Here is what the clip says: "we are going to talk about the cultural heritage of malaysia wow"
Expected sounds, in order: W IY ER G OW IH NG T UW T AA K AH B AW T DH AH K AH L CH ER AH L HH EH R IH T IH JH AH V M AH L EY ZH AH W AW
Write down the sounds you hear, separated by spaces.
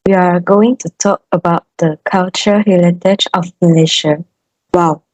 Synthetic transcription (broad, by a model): W IY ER G OW IH NG T UW T AA K AH B AW T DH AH K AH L CH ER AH HH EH L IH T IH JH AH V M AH L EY SH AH W AW